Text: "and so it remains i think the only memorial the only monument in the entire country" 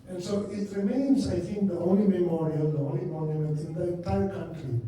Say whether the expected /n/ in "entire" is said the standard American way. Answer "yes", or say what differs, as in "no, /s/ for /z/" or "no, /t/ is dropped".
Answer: no, /n/ is dropped